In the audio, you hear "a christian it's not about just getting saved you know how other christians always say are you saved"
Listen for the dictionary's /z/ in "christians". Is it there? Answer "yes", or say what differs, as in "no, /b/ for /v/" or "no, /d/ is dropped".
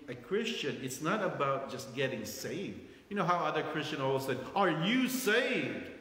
no, /z/ is dropped